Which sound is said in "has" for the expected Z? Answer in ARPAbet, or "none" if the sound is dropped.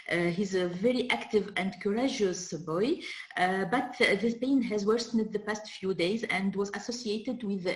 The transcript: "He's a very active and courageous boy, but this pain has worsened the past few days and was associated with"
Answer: Z